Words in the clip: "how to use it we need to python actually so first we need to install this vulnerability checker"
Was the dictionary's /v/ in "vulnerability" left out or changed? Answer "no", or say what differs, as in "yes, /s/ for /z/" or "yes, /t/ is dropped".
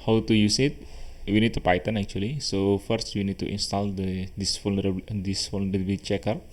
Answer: yes, /f/ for /v/